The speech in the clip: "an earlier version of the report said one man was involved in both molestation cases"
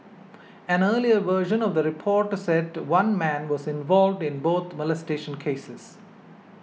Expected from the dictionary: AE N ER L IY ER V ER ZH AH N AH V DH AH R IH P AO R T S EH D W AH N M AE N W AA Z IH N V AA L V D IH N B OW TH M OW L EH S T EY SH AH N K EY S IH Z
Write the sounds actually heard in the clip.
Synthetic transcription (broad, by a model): AE N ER L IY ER V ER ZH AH N AH V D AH R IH P AO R T S EH D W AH N M AE N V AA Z IH N V AA L V D IH N B OW T M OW L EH S T EY SH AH N K EY S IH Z